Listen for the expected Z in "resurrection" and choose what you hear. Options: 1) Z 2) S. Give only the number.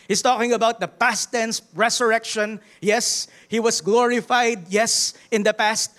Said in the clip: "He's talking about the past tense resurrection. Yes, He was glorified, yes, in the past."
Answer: 2